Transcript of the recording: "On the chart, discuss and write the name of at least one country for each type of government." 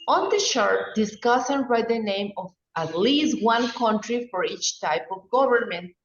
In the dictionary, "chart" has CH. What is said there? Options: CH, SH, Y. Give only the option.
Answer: SH